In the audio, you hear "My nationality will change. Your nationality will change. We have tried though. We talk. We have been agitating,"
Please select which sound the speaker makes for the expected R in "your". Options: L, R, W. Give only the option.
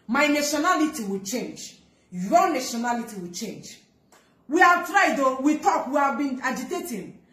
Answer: L